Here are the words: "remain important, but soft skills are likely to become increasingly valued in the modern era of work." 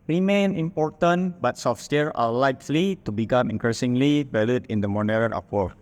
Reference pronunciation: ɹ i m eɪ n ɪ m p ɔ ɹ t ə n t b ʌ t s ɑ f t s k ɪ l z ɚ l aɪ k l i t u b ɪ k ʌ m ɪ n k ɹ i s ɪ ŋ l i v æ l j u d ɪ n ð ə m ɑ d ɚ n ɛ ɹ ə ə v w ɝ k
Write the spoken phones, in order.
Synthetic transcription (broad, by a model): ɹ i m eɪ n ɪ m p ɔ ɹ t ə n b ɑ t s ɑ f s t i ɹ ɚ l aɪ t l i t u b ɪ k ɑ m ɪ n k ɹ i s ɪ ŋ l i b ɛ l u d ɪ n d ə m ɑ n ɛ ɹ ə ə p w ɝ